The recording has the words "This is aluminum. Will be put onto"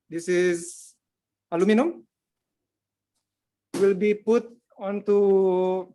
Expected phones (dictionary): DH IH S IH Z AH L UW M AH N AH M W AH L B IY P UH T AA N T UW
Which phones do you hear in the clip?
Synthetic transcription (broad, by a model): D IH S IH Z AH L UW M AH N AH M W AH L B IY P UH T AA N T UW